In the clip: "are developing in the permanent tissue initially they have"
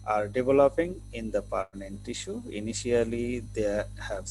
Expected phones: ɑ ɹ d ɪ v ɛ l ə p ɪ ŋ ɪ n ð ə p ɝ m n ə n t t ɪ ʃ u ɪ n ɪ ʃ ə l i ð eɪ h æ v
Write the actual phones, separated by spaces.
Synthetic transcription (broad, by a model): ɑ ɹ d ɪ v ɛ l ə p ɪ ŋ ɪ n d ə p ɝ n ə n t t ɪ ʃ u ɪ n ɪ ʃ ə l i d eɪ h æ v